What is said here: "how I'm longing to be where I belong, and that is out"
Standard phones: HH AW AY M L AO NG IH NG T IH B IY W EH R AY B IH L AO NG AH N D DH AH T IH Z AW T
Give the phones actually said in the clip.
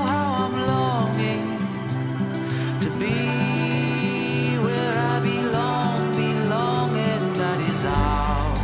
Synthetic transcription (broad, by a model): HH AW AY M L AO NG IH NG T IH B IY W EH R AY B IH L AO NG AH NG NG DH AH T IH Z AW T